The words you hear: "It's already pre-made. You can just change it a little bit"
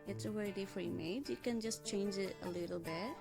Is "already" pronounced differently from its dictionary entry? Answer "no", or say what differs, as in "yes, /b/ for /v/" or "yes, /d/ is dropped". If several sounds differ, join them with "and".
yes, /w/ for /l/